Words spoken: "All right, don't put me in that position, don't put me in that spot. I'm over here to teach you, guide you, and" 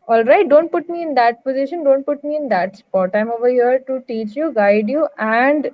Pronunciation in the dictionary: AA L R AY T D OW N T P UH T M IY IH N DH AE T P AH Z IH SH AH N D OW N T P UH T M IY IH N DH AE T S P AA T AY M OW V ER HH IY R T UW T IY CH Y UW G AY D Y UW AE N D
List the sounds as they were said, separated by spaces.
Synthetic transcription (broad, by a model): AA L R AY T D OW N T P UH T M IY IH N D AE T P AH Z IH SH AH N D OW N T P UH T M IY IH N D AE T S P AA T AY M OW V ER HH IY R T UW T IY CH Y UW G AY D Y UW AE N D